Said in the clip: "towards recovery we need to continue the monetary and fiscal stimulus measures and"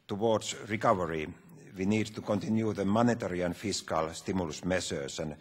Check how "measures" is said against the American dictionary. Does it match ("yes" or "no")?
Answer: no